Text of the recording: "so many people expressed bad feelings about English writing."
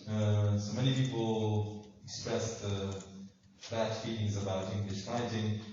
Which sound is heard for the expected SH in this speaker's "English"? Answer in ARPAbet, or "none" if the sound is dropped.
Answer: SH